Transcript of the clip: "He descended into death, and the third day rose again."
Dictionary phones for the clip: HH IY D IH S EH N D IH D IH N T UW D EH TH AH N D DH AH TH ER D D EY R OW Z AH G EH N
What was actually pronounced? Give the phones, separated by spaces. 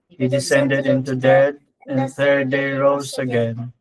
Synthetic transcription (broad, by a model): HH IY D IH S EH N D IH D IH N T UW D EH T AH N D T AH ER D D EY R OW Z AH G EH N